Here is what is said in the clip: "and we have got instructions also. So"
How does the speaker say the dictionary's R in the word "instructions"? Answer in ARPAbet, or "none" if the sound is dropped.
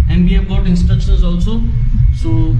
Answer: none